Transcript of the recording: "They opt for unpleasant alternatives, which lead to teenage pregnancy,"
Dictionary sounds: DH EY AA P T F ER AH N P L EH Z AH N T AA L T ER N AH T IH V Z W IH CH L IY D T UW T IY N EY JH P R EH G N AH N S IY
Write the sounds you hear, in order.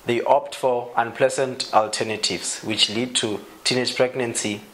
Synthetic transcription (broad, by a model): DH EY AA P T F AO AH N P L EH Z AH N T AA L T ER N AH T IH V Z W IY CH L IY D T UW T IY N EY JH P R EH G N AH N S IY